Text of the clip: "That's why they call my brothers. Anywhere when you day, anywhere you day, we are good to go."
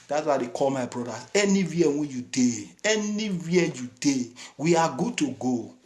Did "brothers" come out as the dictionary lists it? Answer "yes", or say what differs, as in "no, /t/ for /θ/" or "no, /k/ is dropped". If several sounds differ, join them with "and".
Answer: no, /z/ is dropped